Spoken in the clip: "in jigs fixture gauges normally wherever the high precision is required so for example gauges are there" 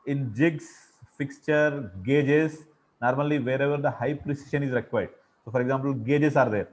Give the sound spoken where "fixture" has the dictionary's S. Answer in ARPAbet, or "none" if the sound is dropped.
S